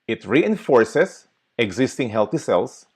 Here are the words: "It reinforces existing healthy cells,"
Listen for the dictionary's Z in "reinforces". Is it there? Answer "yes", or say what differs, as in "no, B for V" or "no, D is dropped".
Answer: no, S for Z